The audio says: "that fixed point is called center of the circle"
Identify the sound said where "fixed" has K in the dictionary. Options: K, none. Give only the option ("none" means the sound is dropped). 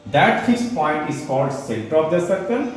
none